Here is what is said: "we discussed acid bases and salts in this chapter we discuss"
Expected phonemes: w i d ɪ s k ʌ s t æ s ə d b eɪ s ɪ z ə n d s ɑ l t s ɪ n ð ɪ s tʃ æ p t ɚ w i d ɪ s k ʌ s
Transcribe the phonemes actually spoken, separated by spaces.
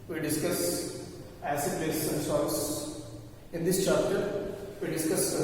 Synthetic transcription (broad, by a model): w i d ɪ s k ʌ s æ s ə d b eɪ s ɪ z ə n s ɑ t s ɪ n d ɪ s tʃ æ p t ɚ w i d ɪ s k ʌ s